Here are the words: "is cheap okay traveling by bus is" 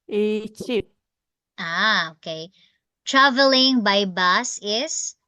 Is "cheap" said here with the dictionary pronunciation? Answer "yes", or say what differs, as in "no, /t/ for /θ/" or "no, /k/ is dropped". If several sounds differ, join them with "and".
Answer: no, /p/ is dropped